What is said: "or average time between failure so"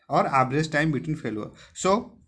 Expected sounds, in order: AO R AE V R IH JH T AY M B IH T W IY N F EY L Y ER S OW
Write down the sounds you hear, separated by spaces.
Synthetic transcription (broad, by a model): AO R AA B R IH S T AY M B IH T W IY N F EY L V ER S OW